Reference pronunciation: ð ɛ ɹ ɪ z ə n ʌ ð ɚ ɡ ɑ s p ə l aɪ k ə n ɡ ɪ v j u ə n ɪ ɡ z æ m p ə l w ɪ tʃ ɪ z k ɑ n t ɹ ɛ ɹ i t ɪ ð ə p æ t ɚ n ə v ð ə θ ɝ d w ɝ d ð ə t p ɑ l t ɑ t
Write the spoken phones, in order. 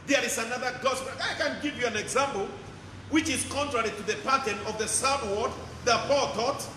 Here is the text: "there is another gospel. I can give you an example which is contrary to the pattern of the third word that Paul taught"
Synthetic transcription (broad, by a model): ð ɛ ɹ ɪ z ə n ʌ ð ɚ ɡ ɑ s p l aɪ k ə n ɡ ɪ v j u ə n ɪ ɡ z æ m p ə l w ɪ tʃ ɪ z k ɑ n t ɹ ɛ ɹ i t ɪ ð ə p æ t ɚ n ə v ð ə s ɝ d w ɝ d ð ə t p ɑ l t ɑ t